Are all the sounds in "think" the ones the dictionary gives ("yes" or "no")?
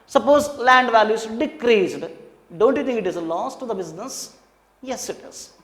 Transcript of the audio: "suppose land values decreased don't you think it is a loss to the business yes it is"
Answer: no